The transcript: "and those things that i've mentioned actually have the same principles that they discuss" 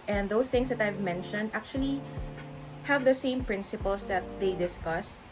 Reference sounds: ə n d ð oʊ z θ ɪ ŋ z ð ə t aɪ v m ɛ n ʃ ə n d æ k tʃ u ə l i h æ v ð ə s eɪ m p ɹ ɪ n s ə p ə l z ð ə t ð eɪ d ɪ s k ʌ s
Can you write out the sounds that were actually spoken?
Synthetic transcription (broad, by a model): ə n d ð oʊ s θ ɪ ŋ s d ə t aɪ v m ɛ n ʃ ə n d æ k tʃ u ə l i h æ v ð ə s eɪ m p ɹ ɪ n s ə p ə l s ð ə t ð eɪ d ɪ s k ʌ s